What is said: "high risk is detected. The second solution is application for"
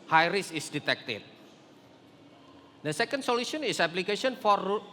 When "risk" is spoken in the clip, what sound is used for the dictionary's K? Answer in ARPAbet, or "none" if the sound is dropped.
none